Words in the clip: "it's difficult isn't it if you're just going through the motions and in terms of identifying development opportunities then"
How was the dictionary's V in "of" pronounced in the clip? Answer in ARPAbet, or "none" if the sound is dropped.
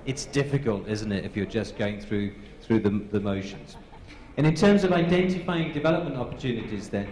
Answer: V